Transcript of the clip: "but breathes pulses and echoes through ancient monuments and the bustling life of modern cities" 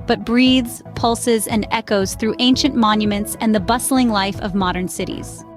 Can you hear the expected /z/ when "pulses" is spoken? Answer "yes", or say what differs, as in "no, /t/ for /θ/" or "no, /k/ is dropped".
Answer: yes